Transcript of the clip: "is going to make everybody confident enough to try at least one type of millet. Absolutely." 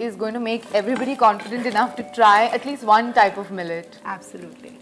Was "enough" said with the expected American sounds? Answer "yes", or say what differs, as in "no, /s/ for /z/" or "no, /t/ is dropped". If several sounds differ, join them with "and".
yes